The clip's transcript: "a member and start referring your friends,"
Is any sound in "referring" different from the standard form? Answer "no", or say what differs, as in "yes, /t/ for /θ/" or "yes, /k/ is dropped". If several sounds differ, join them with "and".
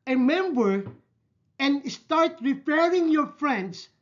yes, /p/ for /f/